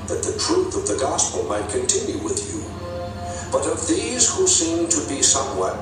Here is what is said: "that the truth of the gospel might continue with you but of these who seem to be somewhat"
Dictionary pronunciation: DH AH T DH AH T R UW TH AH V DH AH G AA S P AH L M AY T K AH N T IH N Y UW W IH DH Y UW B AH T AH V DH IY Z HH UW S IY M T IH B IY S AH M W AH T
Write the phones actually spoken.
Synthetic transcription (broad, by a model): DH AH T DH AH T R UW TH AH V DH AH G AA S P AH L M AY T K AH N T IH N Y UW W IH DH Y UW B AH T AH V DH IY Z HH UW S IY M T IH B IY S AH M W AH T